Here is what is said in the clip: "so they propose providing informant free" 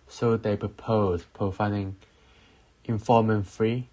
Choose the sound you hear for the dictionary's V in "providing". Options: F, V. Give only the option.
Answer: F